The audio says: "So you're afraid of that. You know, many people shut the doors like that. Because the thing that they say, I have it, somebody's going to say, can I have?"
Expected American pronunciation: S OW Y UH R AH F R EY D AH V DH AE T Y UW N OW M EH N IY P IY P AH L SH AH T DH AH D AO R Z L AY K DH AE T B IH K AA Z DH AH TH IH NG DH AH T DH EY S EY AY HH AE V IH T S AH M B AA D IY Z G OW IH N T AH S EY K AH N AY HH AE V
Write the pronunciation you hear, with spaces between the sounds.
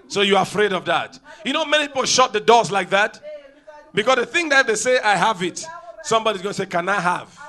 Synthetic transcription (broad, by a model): S OW Y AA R AH F R EY D AH V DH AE T Y UW N OW M EH N IY P IY P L SH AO T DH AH D AO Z L AY K DH AE T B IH K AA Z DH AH TH IH NG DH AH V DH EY S EY AY HH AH V IH T S AH M B AA D IY Z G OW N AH S EY K AH N AY HH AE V